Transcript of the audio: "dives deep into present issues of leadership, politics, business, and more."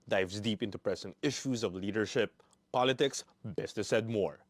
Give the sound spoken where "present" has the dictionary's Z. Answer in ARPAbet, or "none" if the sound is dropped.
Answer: S